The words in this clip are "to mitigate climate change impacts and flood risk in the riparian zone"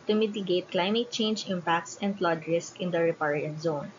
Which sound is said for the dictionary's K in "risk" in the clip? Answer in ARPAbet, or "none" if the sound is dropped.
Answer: K